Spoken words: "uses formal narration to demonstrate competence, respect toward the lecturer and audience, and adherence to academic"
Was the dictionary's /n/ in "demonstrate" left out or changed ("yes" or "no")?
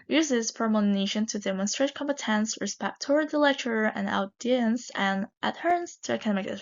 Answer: no